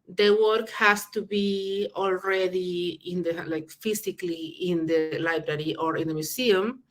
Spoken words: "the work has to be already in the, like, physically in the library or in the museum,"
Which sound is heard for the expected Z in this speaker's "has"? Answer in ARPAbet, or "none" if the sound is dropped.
S